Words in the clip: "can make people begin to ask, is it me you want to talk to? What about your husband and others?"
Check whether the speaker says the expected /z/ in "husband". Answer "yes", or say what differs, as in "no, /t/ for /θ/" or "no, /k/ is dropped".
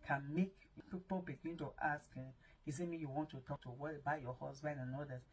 no, /s/ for /z/